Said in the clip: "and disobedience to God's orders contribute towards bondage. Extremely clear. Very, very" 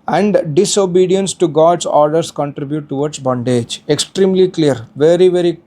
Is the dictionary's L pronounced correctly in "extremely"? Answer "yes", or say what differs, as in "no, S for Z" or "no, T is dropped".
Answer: yes